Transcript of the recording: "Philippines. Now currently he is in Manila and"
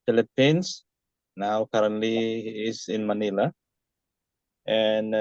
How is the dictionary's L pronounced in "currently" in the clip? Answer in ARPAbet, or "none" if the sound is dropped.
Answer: none